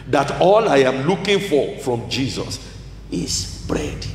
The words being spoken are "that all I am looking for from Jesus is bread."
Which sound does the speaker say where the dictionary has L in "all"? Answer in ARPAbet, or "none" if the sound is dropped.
L